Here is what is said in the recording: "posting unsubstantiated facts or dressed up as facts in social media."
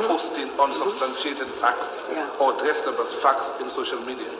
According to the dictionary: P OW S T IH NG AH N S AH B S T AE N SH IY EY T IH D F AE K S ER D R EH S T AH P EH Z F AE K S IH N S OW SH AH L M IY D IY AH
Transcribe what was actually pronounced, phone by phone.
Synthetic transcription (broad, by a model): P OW S T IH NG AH N S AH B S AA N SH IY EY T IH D F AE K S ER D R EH S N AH B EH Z F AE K S IH N S OW SH AH L M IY D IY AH